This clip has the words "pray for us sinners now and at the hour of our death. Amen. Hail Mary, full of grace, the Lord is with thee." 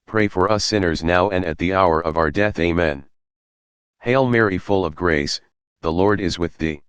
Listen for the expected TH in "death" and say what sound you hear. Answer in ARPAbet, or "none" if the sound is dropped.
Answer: TH